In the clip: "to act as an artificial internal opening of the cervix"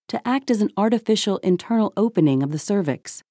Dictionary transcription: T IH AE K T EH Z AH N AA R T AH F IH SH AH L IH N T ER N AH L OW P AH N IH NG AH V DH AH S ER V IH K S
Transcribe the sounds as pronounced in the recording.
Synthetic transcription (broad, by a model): T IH AE K T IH Z N AA R T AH F IH SH L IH N T ER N L OW P AH N IH NG AH V DH AH S ER V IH K S